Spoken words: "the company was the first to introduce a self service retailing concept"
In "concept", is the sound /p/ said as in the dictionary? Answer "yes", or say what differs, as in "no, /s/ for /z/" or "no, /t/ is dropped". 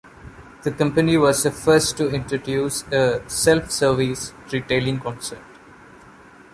no, /p/ is dropped